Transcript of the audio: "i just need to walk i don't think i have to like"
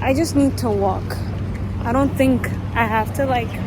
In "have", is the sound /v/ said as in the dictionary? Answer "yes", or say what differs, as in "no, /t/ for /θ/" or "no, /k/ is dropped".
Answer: no, /f/ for /v/